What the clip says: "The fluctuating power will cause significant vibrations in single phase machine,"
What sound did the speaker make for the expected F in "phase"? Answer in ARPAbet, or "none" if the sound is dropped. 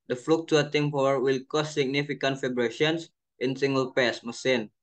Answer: P